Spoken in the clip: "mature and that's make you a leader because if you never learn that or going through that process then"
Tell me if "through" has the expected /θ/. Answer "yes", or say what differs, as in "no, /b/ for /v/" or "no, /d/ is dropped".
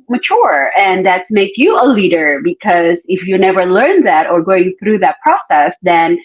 yes